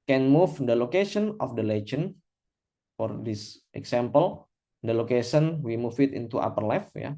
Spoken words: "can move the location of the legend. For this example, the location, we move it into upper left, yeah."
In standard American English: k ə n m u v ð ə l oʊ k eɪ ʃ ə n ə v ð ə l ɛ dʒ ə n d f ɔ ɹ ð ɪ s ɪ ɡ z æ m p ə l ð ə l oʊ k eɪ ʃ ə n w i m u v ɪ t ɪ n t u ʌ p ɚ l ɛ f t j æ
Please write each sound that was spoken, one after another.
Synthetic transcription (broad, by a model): k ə n m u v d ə l oʊ k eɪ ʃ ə n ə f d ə l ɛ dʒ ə n f ɔ ɹ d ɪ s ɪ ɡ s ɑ m p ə l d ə l oʊ k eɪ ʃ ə n w i m u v ɪ t ɪ n t u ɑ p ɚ l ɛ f j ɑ